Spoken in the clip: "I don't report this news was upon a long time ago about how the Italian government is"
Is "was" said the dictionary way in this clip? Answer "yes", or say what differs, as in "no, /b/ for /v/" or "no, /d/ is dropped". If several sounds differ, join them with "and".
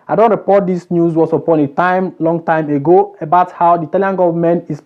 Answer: no, /s/ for /z/